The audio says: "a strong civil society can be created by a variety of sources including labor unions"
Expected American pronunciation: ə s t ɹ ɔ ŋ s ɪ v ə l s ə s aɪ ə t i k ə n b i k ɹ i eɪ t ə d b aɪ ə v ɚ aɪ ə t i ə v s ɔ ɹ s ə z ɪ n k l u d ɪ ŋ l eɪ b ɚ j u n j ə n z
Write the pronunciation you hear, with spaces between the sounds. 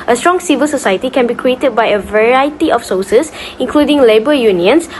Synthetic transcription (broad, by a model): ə s t ɹ ɔ ŋ s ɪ v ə l s ə s aɪ ə t i k ə n b i k ɹ i eɪ t ə d b aɪ ə v ɚ aɪ ə t i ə f s ɔ s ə s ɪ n k l u d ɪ ŋ l eɪ b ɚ j u n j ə n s